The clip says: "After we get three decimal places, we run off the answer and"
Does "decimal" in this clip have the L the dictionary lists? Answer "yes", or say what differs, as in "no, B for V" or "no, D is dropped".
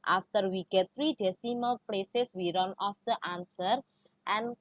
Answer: yes